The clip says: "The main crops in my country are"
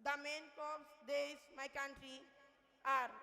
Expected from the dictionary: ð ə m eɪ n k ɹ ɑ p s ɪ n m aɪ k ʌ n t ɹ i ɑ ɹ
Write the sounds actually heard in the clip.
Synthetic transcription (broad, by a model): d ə m eɪ n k ɑ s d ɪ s m aɪ k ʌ n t ɹ i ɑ ɹ